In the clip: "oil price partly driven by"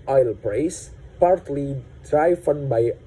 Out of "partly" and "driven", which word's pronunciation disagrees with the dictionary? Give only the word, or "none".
driven